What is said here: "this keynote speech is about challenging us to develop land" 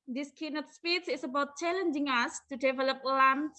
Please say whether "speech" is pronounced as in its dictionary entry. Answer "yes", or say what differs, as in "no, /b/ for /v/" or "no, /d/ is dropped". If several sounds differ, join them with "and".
no, /s/ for /tʃ/